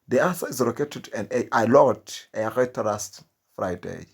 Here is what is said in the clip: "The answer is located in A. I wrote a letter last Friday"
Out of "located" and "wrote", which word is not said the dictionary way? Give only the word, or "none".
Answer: wrote